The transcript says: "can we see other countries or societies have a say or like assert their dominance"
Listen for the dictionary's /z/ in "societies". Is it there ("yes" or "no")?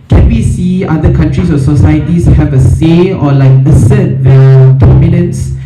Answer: no